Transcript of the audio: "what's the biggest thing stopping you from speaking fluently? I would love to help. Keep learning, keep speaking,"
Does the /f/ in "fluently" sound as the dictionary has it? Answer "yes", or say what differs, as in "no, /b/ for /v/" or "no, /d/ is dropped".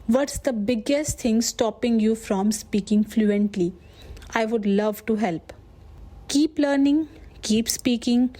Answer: yes